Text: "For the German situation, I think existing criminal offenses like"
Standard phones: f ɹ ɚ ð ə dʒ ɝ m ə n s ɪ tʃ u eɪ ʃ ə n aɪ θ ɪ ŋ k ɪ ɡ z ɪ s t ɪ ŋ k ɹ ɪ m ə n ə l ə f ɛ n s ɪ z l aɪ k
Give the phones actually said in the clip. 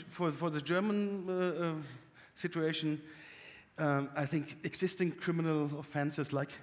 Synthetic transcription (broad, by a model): f ɹ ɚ ð ə dʒ ɝ m ə n s ɪ tʃ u eɪ ʃ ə aɪ θ ɪ ŋ k ɪ ɡ z ɪ s t ɪ ŋ k ɹ ɪ m ə n ə l ə f ɛ n s ɪ z l aɪ k